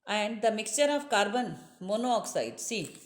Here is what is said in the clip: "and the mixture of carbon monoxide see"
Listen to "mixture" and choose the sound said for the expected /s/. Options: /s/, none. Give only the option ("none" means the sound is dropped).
/s/